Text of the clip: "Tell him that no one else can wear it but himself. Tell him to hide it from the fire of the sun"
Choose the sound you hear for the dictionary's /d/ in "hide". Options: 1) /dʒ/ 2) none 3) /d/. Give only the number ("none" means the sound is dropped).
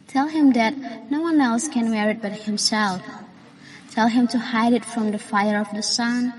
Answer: 3